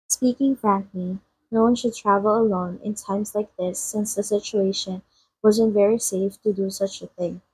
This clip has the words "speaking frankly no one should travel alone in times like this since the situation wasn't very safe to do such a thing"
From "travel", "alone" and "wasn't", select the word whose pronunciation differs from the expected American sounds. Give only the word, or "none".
none